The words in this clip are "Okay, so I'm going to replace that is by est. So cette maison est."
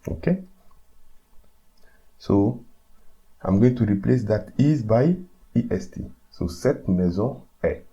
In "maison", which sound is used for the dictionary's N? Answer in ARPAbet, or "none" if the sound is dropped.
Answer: none